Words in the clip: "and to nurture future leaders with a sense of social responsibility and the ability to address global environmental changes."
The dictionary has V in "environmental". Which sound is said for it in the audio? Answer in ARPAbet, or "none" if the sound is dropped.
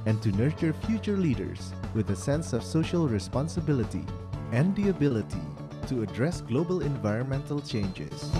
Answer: V